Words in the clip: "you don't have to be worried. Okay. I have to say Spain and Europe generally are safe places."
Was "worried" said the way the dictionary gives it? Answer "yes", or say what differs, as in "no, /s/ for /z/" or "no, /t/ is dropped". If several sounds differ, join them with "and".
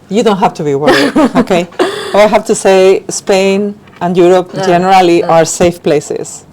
no, /d/ is dropped